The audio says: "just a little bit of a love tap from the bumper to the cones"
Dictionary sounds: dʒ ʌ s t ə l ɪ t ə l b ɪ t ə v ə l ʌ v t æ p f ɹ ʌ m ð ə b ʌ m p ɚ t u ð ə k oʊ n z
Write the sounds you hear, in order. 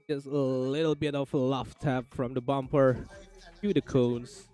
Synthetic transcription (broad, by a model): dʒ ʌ s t ə l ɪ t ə l b ɪ t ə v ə l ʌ f t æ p f ɹ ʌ m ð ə b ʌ m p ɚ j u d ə k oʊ n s